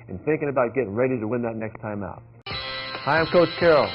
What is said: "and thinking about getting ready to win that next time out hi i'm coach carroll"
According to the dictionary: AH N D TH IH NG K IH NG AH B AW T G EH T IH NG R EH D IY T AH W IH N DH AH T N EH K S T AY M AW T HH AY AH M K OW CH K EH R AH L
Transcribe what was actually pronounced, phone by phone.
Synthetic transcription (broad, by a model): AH N TH IH NG K IH NG AH B AW T G EH T IH NG R EH D IY T AH W IH N DH AH T N EH K S T AY M AW T HH AY AH M K OW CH K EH R L